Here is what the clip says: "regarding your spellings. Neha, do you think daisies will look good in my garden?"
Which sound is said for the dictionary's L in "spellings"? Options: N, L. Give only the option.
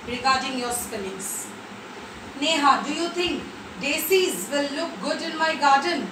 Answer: N